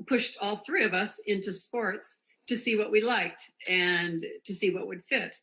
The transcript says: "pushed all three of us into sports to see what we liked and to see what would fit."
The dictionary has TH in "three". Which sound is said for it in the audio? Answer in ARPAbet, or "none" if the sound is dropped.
TH